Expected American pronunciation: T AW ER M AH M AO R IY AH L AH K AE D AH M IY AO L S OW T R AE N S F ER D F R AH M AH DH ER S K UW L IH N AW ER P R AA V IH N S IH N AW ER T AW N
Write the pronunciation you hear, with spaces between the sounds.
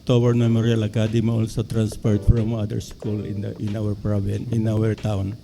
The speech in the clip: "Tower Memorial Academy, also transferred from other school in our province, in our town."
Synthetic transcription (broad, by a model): T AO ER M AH M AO R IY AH L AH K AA D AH M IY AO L S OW T R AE N S P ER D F R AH M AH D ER S K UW L IH N AW ER P R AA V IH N IH N AW ER T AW N